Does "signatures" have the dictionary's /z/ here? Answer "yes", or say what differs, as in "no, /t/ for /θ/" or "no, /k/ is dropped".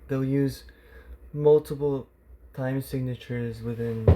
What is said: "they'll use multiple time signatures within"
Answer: yes